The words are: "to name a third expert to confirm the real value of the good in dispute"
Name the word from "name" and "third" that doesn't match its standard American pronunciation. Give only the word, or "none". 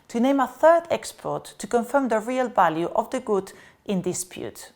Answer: none